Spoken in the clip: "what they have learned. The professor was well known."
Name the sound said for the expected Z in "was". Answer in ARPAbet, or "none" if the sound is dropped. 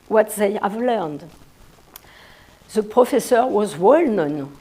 Z